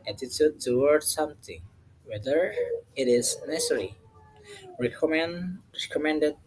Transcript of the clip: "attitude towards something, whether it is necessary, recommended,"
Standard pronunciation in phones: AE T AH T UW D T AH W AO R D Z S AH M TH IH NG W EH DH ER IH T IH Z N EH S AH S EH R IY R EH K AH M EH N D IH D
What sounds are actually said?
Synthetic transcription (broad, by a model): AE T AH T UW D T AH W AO R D S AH M T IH NG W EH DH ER IH T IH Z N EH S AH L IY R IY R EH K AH M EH N D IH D